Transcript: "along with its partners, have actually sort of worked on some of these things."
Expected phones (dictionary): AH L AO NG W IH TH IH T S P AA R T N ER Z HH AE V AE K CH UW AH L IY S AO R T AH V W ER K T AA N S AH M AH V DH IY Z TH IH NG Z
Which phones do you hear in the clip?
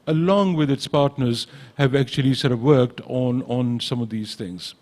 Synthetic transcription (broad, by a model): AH L AO NG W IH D IH T S P AA R T N ER Z HH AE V AE K CH UW AH L IY S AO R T AH V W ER K T AA N S AH M AH V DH IY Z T IH NG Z